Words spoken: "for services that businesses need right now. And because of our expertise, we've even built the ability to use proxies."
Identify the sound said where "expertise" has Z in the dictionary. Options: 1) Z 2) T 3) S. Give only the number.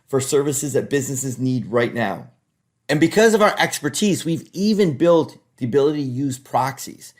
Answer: 1